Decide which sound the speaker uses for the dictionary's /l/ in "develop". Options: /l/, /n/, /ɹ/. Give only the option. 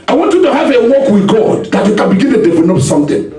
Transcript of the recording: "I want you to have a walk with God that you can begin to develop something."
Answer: /n/